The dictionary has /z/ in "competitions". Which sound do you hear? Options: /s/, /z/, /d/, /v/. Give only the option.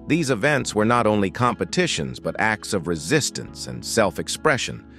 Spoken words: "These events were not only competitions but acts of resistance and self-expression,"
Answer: /z/